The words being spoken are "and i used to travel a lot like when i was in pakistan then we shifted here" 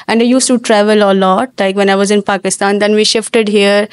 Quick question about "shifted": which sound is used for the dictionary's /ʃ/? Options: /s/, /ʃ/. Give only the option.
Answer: /ʃ/